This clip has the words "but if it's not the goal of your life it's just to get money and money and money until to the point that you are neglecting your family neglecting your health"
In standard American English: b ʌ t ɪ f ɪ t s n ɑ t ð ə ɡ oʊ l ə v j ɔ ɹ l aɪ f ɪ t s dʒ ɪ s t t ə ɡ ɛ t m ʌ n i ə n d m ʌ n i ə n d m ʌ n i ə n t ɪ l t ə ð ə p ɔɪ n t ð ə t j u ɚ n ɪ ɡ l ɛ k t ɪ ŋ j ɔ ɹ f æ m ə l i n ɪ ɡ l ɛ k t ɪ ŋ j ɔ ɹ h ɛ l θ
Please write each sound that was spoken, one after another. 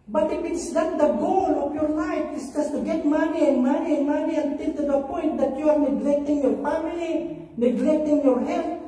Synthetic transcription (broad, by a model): b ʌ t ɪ p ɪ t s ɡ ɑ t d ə ɡ oʊ l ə p j ɔ ɹ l aɪ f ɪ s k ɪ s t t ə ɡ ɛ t m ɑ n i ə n m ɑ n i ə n m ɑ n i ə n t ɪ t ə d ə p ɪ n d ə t j u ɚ n ɪ ɡ l ɛ k t ɪ ŋ j ɔ ɹ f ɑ m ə l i n ɪ ɡ l ɛ k t ɪ ŋ j ɔ ɹ h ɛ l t